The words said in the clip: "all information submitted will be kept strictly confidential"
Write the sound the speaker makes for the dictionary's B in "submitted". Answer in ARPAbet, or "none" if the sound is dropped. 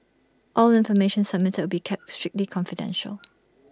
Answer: none